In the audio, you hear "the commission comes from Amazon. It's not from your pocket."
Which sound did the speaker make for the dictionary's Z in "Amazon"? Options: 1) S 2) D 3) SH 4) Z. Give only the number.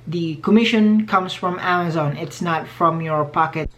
4